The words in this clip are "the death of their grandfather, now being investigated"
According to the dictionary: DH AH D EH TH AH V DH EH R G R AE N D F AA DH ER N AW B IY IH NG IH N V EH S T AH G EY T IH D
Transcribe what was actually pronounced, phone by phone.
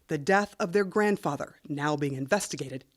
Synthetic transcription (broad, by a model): DH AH D EH TH AH V DH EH R G R AE N D F AA DH ER N AW B IY IH NG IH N V EH S T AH G EY T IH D